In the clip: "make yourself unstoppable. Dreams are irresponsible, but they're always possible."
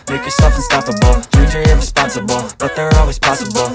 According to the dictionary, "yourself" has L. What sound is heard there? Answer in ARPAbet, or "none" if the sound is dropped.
none